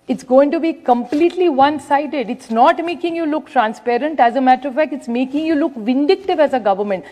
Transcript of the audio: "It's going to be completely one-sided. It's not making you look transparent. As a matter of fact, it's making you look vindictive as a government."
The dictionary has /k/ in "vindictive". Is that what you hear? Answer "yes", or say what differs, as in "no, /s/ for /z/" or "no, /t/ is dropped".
yes